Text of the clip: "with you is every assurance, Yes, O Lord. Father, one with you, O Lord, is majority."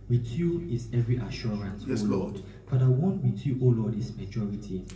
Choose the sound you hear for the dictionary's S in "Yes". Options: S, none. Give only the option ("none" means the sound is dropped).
none